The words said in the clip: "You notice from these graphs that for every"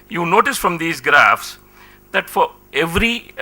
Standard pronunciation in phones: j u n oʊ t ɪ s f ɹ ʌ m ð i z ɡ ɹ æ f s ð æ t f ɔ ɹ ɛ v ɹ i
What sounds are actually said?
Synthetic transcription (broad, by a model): j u n oʊ t ɪ s f ɹ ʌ m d i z ɡ ɹ æ f s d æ t f ɔ ɹ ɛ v ɹ i